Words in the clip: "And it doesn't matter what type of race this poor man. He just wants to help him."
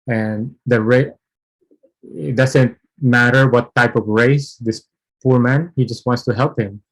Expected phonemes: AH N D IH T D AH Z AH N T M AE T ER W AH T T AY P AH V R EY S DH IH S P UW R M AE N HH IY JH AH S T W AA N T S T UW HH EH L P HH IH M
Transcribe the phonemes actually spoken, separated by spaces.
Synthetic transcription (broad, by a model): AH N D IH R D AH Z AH N T M AE T ER W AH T T AY P AH V R EY S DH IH S P UW R M AE N HH IY JH AH S T W AA N T S T UW HH EH L P HH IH M